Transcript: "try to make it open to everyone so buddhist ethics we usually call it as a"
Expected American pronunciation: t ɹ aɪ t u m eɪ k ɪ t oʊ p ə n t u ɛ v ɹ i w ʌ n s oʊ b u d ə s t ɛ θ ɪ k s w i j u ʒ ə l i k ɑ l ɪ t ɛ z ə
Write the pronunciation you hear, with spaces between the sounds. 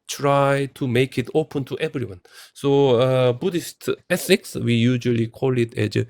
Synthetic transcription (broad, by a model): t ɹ aɪ t u m eɪ k ɪ t oʊ p ə n t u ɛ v ɹ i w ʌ n s oʊ b u d ə s t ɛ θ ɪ k s w i j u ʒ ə l i k ɑ l ɪ t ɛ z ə